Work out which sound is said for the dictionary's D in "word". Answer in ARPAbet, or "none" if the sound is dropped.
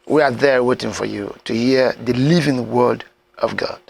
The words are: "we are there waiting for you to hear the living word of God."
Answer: D